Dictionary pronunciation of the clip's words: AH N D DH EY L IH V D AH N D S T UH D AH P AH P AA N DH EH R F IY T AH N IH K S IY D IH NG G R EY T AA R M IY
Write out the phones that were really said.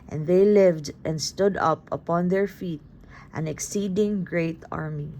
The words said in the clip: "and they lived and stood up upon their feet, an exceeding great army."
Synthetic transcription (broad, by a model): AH N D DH EY L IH V D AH N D S T UH D AH P AH P AA N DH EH R F IY T AH N IH K S IY D IH NG G R EY T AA R M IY